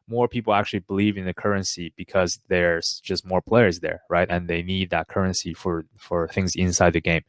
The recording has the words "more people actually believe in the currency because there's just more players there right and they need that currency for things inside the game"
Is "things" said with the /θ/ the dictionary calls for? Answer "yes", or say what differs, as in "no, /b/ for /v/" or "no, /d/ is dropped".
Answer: yes